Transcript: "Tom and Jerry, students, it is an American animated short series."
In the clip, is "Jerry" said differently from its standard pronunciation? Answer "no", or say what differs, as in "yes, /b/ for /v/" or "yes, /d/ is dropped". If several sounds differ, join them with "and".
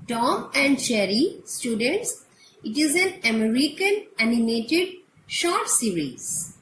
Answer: yes, /tʃ/ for /dʒ/